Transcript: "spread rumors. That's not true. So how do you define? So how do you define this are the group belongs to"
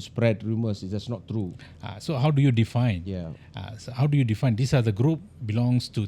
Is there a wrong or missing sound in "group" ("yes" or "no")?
no